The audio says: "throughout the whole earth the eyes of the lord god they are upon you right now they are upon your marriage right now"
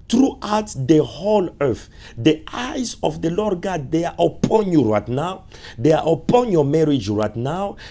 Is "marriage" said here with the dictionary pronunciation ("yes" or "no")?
yes